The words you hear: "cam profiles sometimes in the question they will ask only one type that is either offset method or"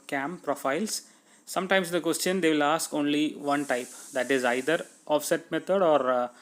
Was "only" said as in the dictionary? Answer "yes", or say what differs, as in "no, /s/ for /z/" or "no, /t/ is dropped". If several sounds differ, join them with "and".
yes